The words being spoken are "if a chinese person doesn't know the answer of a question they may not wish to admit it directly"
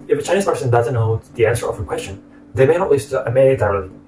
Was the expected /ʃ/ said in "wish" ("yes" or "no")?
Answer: no